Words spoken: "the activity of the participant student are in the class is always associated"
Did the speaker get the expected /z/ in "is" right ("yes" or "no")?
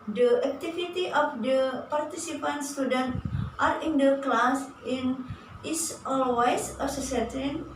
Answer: no